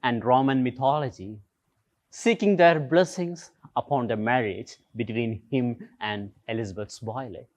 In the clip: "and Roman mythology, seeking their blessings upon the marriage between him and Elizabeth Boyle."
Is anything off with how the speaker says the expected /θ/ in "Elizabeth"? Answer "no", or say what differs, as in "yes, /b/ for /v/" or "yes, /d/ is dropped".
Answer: yes, /s/ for /θ/